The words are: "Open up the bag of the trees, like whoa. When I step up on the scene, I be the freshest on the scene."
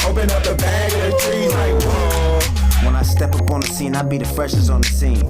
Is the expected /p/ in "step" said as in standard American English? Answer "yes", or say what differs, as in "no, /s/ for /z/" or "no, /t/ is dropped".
yes